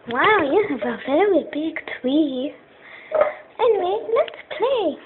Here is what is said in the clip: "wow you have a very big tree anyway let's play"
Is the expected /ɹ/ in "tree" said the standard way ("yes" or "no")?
no